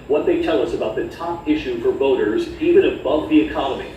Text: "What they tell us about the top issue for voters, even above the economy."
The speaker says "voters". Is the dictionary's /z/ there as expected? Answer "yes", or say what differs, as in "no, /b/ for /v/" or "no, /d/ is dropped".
yes